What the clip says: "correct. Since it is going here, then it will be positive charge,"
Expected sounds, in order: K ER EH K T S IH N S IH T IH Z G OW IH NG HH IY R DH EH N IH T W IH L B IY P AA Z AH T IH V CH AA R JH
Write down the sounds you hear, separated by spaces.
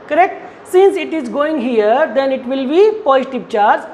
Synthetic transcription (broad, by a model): K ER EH K T S IH N S IH T IH Z G OW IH NG HH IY R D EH N IH T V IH L B IY P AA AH T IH P CH AA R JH